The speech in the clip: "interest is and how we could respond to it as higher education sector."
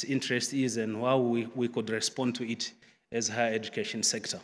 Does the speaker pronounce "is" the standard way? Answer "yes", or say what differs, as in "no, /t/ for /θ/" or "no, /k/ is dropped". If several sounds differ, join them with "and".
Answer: yes